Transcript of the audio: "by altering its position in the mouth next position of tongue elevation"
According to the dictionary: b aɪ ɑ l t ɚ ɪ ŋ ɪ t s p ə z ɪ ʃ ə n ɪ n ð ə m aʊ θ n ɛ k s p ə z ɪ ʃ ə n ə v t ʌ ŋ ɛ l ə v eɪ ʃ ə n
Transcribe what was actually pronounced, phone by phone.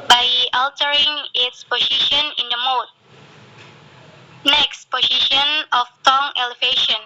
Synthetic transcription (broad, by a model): b aɪ ɑ l t ɚ ɪ ŋ ɪ t s p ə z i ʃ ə n ɪ n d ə m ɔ t n ɛ k s p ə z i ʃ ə n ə f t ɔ ŋ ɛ l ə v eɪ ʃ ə n